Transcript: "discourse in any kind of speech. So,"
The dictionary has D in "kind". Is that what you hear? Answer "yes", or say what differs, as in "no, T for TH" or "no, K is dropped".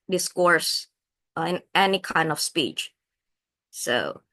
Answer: yes